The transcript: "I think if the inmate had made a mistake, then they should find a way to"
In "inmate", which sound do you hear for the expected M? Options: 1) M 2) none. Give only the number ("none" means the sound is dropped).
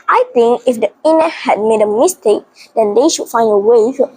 2